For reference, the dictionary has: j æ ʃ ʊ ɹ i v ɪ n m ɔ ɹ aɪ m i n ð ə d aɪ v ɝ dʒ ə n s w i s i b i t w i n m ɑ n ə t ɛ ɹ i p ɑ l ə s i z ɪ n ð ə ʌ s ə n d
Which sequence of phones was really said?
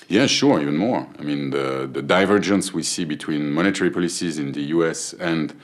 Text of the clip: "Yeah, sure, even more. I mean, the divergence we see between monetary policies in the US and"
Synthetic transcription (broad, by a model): j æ ʃ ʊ ɹ i v ɪ n m ɔ ɹ aɪ m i n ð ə d aɪ v ɝ dʒ ə n s w i s i b i t w i n m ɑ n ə t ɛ ɹ i p ɑ l ə s i z ɪ n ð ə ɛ s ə n d